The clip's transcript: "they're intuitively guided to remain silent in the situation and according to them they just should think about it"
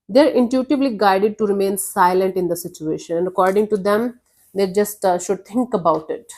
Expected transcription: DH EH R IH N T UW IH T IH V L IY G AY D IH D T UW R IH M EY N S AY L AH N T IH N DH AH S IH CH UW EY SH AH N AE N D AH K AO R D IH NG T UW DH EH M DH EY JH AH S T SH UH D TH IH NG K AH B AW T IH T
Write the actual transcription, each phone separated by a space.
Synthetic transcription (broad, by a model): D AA R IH N T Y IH T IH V L IY G AY D IH D T UW R IH M EY N S AY L AH N T IH N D AH S IH CH UW EY SH AH N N AH K AO R D IH NG T UW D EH M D EY JH AH S T SH UH D T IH NG K AH B AW T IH T